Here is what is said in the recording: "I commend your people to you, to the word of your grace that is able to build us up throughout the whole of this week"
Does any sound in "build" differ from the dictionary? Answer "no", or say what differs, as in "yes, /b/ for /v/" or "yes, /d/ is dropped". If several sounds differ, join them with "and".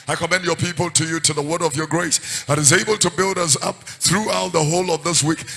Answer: no